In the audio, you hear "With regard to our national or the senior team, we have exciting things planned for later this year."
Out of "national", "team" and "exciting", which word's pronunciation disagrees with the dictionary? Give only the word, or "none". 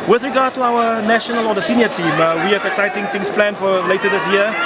none